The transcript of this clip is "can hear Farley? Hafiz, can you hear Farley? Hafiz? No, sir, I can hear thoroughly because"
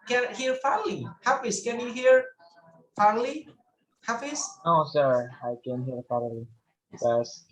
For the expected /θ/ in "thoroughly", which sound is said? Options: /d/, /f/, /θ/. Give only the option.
/f/